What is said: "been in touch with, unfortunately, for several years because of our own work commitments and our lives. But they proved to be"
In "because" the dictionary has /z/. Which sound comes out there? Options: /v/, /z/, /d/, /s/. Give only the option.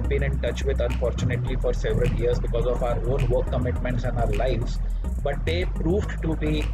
/z/